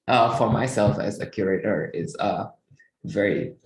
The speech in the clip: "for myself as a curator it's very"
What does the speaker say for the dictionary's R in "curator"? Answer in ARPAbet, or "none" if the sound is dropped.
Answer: R